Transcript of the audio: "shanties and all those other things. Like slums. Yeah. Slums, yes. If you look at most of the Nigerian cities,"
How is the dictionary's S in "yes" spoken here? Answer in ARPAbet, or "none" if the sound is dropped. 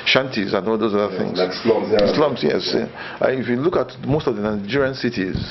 none